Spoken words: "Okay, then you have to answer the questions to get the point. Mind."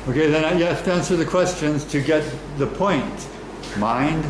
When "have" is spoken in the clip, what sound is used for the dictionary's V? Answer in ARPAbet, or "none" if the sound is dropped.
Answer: F